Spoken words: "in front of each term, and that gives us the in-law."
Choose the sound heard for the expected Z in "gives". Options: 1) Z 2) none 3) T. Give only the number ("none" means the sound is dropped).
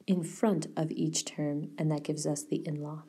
1